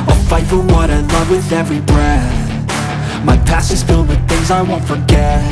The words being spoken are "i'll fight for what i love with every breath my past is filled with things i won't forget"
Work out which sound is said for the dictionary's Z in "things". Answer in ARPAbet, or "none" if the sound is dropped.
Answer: Z